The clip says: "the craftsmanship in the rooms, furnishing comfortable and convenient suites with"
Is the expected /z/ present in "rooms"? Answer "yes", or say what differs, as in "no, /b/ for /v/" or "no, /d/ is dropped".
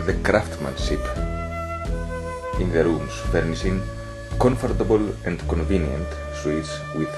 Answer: no, /s/ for /z/